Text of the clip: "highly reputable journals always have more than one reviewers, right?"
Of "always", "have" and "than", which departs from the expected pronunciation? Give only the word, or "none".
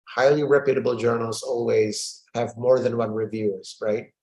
none